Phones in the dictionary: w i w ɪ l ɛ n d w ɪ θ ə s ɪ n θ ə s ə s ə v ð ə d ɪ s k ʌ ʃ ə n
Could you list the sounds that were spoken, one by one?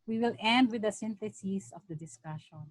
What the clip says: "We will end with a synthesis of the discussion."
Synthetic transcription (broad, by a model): w i w ɪ l ɛ n d w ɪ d ə s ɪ n t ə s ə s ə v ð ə d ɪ s k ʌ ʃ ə n